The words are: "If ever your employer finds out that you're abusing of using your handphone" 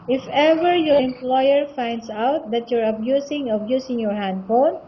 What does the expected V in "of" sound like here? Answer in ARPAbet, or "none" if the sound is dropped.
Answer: B